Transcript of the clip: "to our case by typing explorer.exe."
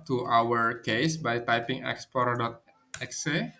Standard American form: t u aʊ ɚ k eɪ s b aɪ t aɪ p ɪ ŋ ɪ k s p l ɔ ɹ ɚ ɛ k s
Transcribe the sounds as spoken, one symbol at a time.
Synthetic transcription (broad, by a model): t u aʊ ɚ k eɪ s b aɪ t aɪ p ɪ ŋ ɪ k s p ɔ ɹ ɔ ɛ k s